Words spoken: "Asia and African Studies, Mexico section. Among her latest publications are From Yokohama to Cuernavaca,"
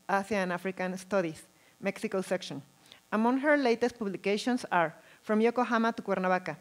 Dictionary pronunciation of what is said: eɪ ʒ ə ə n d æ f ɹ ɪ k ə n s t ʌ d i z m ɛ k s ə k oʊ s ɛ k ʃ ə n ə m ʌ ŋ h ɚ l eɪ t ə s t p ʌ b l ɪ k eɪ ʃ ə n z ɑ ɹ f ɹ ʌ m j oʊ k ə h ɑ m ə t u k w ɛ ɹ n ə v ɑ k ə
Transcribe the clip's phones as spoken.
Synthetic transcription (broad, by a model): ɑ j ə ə n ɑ f ɹ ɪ k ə n s t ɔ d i s m ɛ k s ə k oʊ s ɛ k ʃ ə n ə m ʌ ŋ h ɚ l eɪ t ə s t p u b l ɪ k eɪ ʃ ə n s ɑ ɹ f ɹ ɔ m j oʊ k ə h ɑ m ə t u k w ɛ ɹ n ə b ɑ k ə